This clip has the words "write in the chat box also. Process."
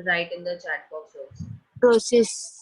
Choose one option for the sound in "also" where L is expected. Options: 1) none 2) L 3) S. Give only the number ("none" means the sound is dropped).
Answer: 1